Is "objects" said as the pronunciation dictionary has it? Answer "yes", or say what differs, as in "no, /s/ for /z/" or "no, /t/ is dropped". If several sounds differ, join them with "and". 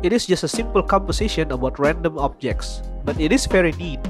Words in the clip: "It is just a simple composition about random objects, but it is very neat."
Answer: yes